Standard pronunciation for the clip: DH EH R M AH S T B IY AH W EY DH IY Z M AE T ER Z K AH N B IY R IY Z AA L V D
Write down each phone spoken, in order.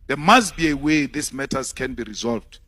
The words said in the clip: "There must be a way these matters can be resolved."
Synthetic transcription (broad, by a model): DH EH M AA S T B IY AH W EY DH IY S M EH T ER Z K AH N B IY R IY Z AA L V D